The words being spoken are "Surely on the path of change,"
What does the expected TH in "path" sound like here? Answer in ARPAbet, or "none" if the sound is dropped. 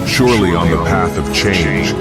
TH